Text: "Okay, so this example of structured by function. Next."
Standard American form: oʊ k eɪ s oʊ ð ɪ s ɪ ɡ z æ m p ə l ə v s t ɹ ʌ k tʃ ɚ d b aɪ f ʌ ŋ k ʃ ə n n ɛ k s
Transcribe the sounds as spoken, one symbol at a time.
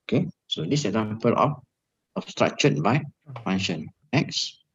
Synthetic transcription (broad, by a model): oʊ k eɪ s oʊ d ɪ s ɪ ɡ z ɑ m p ə l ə f s t ɹ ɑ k tʃ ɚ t b aɪ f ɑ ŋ ʃ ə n n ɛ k s